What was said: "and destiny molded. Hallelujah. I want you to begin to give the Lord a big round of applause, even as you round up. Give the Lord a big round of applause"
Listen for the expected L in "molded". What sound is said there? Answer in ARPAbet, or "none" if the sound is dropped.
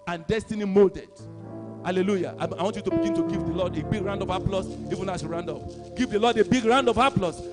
L